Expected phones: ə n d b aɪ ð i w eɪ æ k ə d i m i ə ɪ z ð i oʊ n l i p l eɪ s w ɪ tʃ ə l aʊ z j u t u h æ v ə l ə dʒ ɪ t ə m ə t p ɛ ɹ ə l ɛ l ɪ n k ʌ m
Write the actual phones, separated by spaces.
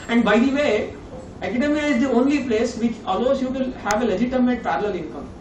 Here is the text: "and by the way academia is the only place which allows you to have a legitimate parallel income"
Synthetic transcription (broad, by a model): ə n d b aɪ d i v eɪ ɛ k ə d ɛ m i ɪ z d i oʊ n l i p l eɪ s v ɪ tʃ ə l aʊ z j u t u h æ v ə l ə dʒ ɪ t ə m ə t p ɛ ɹ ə l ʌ l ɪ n k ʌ m